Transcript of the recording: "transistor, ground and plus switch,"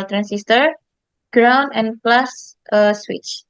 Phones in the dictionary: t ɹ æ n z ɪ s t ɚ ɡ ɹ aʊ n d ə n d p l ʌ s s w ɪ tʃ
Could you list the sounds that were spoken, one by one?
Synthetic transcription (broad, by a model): t ɹ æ n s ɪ s t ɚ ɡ ɹ aʊ n ə n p l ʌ s s w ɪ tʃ